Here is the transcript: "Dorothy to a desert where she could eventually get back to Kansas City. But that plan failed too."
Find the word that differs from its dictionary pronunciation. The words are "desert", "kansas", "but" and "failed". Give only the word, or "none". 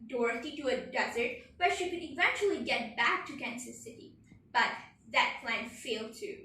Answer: kansas